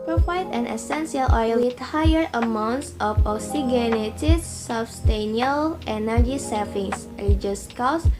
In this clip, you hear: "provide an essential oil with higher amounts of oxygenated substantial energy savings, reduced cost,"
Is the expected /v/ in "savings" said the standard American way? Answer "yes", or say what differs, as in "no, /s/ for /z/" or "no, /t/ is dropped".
no, /f/ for /v/